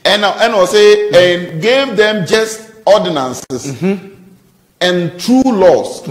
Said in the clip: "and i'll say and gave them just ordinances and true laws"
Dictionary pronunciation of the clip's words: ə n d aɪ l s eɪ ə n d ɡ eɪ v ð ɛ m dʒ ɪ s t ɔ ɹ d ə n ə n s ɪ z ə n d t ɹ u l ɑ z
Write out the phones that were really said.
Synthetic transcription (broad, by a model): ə n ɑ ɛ w s eɪ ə n ɡ eɪ v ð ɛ m dʒ ɪ s t ɔ d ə n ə n s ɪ s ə n t ɹ u l ɑ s